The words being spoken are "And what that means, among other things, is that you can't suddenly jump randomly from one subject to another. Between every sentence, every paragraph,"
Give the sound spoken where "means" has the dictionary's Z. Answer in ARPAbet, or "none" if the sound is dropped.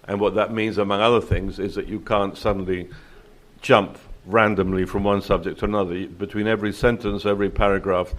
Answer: Z